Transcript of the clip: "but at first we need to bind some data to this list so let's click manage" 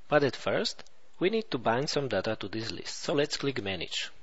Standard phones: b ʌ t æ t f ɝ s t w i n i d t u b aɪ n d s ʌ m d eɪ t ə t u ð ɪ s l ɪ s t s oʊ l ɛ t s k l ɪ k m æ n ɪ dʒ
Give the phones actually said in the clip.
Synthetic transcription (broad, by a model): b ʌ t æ t f ɝ s t w i n i d t u b aɪ n d s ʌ m d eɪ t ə t u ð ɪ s l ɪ s t s oʊ l ɛ t s k l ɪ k m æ n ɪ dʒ